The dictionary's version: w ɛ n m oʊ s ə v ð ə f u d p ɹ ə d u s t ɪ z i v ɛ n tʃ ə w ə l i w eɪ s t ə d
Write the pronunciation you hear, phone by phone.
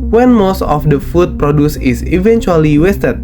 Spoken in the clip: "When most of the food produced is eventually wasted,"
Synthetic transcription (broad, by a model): w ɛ n m oʊ s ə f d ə f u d p ɹ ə d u s ɪ s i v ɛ n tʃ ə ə l i w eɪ s t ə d